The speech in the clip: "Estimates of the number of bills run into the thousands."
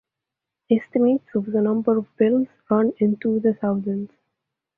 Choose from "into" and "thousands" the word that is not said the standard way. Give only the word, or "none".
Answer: thousands